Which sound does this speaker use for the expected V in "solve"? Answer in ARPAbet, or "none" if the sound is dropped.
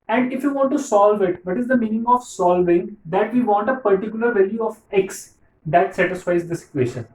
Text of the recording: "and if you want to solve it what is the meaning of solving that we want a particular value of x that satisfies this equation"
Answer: V